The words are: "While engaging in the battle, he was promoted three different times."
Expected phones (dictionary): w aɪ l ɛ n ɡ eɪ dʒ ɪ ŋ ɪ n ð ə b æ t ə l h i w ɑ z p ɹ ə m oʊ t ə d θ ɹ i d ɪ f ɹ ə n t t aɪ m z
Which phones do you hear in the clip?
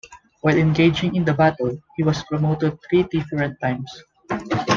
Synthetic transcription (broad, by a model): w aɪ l ɛ n ɡ eɪ dʒ ɪ ŋ ɪ n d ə b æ t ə l h i w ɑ s p ɹ ə m oʊ t ə d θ ɹ i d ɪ f ɹ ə n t t aɪ m s